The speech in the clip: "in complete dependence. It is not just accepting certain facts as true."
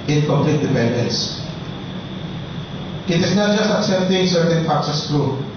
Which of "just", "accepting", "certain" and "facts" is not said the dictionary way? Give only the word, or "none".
facts